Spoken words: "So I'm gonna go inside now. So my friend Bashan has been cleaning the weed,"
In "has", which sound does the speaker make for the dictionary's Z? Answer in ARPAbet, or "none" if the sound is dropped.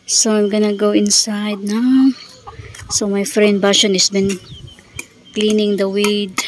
S